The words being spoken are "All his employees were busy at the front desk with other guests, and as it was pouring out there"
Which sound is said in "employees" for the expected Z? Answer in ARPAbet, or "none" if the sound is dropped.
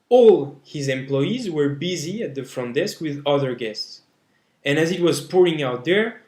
Z